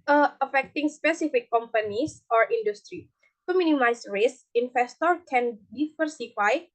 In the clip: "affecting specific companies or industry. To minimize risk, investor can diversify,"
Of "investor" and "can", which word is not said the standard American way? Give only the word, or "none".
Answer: investor